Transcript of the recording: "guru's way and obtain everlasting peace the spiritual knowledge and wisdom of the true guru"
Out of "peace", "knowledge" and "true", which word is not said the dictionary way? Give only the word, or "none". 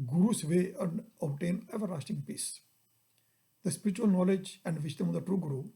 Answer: none